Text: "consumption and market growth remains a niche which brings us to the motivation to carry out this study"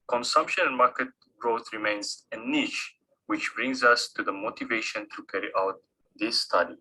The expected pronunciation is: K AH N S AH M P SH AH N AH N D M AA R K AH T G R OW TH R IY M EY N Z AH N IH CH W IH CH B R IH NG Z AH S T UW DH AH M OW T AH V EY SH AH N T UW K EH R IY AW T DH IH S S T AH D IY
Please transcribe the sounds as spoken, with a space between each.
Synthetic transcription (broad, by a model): K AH N S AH M P SH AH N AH N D M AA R K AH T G R OW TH R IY M EY N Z AH N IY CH W IH CH B R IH NG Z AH S T UW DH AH M OW T AH V EY SH AH N T UW K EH R IY AW T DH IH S S T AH D IY